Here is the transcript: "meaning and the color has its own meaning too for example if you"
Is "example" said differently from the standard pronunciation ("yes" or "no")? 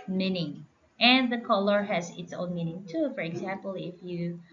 no